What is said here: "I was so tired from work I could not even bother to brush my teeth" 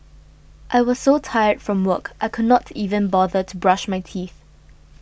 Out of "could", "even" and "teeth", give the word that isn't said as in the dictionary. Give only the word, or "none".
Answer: none